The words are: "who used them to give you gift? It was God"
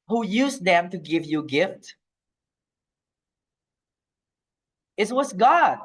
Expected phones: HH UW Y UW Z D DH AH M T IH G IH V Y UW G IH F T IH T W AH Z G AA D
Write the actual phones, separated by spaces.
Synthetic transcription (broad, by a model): HH UW Y UW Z DH AH M T IH G IH V Y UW G IH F T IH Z W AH S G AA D